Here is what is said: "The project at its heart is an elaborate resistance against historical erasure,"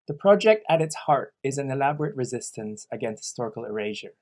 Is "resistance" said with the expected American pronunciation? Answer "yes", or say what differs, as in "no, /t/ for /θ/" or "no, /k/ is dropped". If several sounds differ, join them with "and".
yes